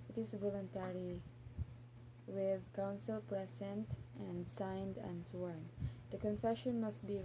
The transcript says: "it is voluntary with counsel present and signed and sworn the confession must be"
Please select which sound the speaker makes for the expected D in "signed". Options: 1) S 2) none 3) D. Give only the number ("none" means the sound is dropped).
3